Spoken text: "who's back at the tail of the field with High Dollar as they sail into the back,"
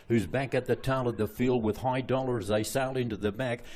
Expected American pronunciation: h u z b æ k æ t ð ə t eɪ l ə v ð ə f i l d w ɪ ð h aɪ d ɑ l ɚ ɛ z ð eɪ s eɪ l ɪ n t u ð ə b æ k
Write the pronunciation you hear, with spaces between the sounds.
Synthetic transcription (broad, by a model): h u z b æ k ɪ t ð ə t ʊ n ə v ð ə f i l d w ɪ ð h aɪ d ɑ l ɚ z ð eɪ s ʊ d ɪ n t u ð ə b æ k